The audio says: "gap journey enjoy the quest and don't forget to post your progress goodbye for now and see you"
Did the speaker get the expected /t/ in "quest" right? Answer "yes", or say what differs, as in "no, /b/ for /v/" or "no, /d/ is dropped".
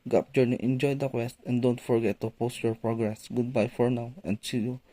yes